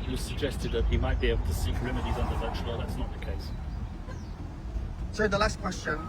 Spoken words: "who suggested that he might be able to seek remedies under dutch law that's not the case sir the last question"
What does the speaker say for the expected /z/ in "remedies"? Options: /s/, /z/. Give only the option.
/z/